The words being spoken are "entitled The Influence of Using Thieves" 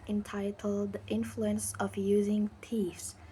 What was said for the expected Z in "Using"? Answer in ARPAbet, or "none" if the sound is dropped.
Z